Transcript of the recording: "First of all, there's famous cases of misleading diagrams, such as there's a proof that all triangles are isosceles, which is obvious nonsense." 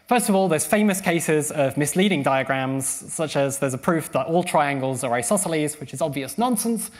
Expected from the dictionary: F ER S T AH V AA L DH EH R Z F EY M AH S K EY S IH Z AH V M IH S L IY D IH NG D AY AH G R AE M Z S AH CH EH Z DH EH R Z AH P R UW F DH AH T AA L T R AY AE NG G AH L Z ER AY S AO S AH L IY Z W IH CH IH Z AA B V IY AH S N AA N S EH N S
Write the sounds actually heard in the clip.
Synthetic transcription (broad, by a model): F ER S T AH V AA L DH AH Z F EY M AH S K EY S IH Z AH V M IH S L IY D IH NG D AY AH G R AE M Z S AH CH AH Z DH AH Z AH P R UW F DH AH T AA L T R AY AE NG G AH L Z ER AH S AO S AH L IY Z W IH CH IH Z AA B V IY AH S N AA N S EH N S